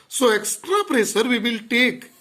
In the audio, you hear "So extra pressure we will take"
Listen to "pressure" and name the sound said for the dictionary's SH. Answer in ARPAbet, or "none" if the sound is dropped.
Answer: S